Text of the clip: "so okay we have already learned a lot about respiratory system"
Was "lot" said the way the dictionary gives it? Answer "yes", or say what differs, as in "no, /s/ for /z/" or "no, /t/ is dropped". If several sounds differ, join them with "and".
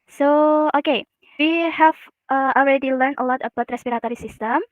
yes